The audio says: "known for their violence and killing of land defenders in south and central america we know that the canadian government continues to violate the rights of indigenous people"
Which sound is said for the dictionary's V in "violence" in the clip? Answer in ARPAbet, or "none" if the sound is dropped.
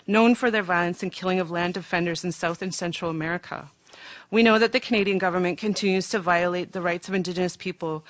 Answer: V